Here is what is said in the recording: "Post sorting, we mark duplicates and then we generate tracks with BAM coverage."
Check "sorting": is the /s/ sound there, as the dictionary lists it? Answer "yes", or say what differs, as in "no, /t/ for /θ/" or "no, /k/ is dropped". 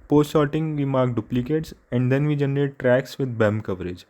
no, /ʃ/ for /s/